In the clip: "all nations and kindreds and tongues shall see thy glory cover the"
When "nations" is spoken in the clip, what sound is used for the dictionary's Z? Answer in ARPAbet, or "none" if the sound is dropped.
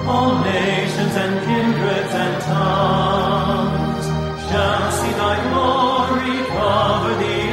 Z